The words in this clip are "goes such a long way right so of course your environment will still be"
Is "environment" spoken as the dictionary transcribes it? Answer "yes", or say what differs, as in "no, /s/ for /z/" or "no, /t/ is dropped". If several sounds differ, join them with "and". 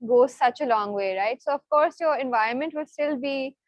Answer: yes